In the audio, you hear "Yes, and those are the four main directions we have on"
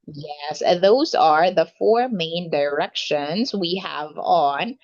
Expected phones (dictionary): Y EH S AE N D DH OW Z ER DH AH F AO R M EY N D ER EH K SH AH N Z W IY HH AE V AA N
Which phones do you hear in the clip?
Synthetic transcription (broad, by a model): Y EH S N DH OW Z ER DH AH F AO R M EY N D ER EH K SH AH N Z W IY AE V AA N